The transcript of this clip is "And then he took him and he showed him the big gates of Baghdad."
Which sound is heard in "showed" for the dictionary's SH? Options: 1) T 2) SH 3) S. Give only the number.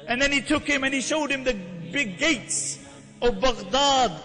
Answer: 2